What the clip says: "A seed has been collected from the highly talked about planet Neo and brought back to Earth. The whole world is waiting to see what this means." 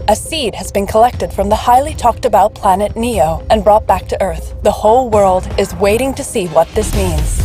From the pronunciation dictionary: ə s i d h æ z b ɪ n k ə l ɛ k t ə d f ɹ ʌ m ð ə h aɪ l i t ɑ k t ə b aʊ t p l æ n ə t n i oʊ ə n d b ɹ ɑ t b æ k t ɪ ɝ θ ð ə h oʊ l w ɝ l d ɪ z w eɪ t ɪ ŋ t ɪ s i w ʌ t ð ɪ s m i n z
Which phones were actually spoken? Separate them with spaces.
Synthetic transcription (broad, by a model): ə s i d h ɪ z b ɪ n k ə l ɛ k t ə d f ɹ ʌ m ð ə h aɪ l i t ɑ k t ə b aʊ t p l æ n ə t n i oʊ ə n b ɹ ɑ t b æ k t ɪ ɝ θ ð ə h oʊ l w ɝ l d ɪ z w eɪ t ɪ ŋ t ɪ s i w ʌ t ð ɪ s m i n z